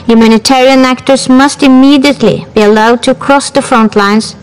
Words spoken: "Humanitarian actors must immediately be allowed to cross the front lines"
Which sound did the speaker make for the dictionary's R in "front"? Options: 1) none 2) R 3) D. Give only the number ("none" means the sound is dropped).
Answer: 2